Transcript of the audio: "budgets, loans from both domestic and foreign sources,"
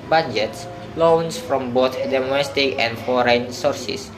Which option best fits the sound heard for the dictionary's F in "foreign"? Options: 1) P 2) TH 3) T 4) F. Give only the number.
4